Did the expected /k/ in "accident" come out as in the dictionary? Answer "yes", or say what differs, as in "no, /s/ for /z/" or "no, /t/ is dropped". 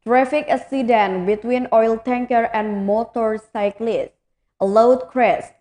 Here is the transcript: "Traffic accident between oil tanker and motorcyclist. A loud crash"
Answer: no, /k/ is dropped